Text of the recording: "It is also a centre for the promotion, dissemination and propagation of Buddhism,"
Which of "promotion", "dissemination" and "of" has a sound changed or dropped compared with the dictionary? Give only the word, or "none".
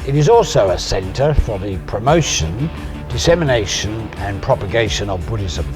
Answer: none